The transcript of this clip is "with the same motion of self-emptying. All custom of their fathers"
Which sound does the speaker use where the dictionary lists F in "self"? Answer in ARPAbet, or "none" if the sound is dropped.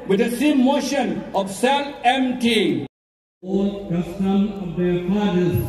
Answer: none